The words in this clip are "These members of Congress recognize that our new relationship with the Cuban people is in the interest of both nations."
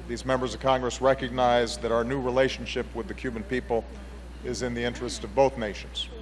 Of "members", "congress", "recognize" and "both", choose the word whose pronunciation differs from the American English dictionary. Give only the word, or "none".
none